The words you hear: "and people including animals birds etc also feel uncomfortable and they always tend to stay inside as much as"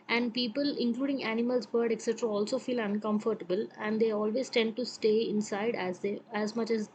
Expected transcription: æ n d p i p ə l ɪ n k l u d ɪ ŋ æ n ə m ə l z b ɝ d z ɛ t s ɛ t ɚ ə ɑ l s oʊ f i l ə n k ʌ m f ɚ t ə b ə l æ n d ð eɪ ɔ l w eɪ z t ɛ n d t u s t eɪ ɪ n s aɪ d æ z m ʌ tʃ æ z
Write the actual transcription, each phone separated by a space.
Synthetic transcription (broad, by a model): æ n d p i p ə l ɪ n k l u d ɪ ŋ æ n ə m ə l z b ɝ d ɛ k s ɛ t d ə ɑ l s oʊ f i l ə n k ʌ m f ɚ t ə b ə l æ n d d eɪ ɔ l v eɪ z t ɛ n d t u s t eɪ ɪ n s aɪ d æ z m ʌ tʃ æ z